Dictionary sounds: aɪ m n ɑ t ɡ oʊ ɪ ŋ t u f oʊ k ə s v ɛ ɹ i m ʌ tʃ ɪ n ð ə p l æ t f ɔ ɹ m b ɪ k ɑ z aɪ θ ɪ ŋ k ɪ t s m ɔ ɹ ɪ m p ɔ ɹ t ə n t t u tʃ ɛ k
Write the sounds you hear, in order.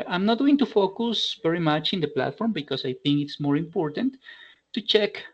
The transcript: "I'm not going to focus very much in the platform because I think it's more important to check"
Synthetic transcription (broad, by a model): aɪ m n ɑ t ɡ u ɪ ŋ t u f oʊ k ə s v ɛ ɹ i m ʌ tʃ ɪ n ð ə p l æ t f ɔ ɹ m b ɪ k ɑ s aɪ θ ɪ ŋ k ɪ t s m ɔ ɹ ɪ m p ɔ ɹ t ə n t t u tʃ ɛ k